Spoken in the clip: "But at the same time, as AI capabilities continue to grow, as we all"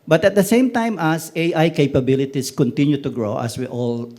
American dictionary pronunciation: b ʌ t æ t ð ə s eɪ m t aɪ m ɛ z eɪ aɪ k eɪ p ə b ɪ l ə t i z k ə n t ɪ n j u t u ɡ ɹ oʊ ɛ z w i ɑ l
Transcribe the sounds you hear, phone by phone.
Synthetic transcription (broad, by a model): b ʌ t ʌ t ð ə s eɪ m t aɪ m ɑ s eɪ aɪ k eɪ p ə b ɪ l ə t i s k ə n t ɪ n j u t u ɡ ɹ oʊ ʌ s w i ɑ l